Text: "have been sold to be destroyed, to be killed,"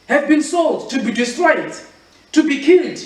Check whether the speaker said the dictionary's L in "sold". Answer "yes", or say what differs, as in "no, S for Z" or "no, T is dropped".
yes